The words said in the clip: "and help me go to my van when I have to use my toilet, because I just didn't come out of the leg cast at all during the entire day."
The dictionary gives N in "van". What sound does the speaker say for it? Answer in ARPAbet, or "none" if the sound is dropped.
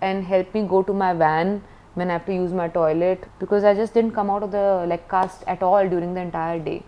N